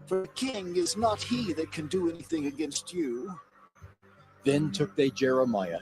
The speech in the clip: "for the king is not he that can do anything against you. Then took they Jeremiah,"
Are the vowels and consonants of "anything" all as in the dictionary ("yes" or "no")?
yes